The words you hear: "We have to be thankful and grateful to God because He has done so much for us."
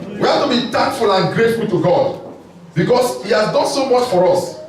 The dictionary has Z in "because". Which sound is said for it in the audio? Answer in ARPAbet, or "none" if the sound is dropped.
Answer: S